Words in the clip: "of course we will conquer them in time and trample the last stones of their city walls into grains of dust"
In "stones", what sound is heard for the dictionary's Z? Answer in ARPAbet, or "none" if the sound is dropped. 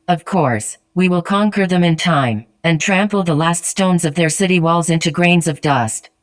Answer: Z